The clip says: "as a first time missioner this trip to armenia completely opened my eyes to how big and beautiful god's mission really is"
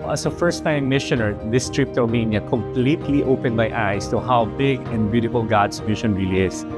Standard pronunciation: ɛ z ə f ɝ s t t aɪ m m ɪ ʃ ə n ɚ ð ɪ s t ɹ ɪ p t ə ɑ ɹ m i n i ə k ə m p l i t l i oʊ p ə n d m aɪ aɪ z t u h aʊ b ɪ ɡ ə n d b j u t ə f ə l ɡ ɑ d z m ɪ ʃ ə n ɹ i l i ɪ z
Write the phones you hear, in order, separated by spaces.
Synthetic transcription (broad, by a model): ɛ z ə f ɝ s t t aɪ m m ɪ ʃ ə n ɚ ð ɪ s t ɹ ɪ p t ə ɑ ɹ m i n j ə k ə m p l i t l i oʊ p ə n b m aɪ aɪ s t u h aʊ b ɪ ɡ ə n d b j u t ə f ə l ɡ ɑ d s m ɪ ʃ ə n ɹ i l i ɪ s